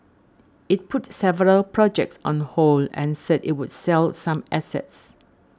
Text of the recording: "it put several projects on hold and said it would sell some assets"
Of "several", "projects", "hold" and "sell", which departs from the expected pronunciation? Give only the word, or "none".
hold